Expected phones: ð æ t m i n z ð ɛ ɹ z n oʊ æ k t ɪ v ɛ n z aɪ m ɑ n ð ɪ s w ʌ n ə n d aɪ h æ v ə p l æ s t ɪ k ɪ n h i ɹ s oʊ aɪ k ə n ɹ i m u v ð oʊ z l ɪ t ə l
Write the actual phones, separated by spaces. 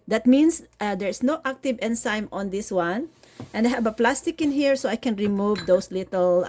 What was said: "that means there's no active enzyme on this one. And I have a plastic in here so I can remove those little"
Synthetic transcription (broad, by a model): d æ t m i n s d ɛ ɹ s n oʊ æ k t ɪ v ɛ n s aɪ m ɑ n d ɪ s w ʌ n ə n d aɪ h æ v ə p l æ s t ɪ k ɪ n h i ɹ s oʊ aɪ k ə n ɹ i m u v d oʊ s l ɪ t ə l